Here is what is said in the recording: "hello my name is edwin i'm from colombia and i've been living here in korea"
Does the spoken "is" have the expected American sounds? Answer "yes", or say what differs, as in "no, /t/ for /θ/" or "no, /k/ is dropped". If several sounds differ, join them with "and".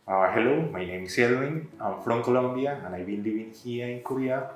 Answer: no, /s/ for /z/